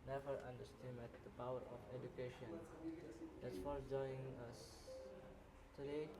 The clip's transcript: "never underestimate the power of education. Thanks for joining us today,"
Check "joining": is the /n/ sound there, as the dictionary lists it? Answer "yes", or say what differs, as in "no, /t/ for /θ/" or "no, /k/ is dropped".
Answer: no, /n/ is dropped